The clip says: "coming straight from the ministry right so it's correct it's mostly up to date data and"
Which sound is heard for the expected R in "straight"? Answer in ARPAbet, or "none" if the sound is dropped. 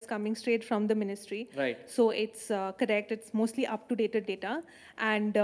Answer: R